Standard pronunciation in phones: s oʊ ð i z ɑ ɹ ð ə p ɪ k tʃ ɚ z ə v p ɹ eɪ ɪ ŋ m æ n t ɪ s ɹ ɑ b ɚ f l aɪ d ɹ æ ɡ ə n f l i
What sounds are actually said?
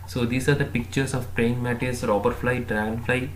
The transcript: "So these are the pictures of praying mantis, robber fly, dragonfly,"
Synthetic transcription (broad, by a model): s oʊ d i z ɑ ɹ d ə p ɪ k tʃ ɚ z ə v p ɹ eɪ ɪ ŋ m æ t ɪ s ɹ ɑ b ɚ f l aɪ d ɹ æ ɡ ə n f l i